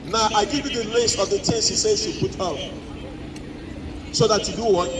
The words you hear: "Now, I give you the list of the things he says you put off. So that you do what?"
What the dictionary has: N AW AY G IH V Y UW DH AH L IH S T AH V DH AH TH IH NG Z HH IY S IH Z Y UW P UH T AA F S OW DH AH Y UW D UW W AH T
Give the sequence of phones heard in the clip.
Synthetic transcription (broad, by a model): N AW AY G IH V Y UW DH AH L IH S T AH V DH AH T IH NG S HH IY S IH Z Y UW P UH T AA P S OW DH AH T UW D UW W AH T